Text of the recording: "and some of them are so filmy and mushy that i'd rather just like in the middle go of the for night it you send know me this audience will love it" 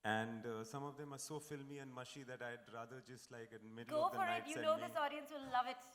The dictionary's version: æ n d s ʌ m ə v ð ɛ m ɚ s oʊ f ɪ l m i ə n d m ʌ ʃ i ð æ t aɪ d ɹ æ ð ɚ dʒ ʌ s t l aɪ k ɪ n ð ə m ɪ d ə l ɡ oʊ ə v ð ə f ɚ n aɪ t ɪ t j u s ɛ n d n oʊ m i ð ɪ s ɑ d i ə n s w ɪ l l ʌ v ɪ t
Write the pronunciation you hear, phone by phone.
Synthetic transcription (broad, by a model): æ n d s ʌ m ə v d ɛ m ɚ s oʊ f ɪ l m i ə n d m ʌ ʃ i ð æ t aɪ d ɹ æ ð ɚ dʒ ʌ s t l aɪ k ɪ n m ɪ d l ɡ oʊ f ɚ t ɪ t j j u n n oʊ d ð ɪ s ɑ d i ə n s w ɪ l l ʌ v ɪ t